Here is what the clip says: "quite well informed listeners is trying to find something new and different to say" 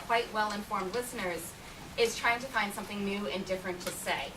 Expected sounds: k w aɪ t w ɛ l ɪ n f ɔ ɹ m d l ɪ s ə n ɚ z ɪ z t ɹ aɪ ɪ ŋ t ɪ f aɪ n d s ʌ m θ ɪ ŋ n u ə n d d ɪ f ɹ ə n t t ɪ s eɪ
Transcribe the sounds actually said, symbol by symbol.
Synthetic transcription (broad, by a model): k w aɪ t w ɛ l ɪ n f ɔ ɹ m d l ɪ s ə n ɚ z ɪ z t ɹ aɪ ɪ ŋ t ɪ f aɪ n d s ʌ m θ ɪ ŋ n u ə n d d ɪ f ɹ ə n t t ɪ s eɪ